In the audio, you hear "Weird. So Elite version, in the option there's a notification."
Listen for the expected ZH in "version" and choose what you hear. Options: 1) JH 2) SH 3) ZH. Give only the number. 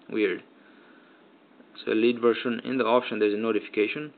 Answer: 2